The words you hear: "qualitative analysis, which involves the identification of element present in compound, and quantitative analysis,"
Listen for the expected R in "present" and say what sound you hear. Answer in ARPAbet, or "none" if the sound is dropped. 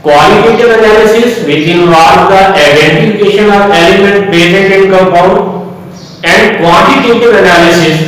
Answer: none